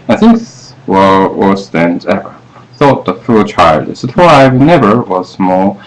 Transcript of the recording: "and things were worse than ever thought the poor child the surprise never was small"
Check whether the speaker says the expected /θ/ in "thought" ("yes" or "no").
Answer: yes